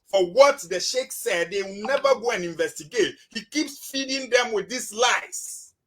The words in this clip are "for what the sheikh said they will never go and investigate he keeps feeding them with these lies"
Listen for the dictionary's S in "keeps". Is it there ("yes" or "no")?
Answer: yes